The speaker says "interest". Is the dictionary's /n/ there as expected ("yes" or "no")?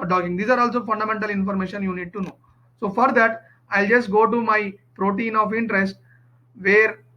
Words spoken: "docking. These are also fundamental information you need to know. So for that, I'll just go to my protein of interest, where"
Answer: yes